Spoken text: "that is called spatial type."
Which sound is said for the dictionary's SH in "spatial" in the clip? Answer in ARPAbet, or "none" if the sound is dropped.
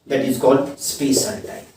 S